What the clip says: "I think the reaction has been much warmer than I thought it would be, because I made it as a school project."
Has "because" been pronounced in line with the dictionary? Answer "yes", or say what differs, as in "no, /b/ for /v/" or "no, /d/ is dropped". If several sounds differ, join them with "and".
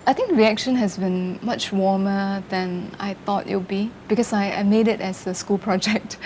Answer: no, /s/ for /z/